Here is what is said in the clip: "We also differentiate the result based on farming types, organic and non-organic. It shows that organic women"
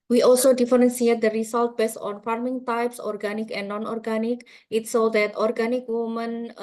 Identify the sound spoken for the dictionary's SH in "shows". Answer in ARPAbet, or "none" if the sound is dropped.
S